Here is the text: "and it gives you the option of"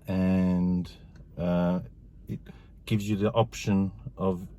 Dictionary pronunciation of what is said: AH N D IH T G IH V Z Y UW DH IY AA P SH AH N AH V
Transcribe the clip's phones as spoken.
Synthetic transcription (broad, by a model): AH N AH IH T G IH V Z Y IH DH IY AA P SH AH N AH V